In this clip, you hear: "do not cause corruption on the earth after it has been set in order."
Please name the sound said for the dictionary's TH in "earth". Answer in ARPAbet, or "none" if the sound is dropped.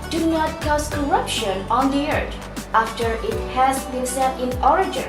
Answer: T